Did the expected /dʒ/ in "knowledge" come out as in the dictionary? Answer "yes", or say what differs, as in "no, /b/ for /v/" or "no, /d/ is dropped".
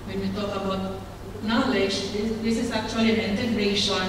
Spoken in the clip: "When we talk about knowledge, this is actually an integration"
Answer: no, /z/ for /dʒ/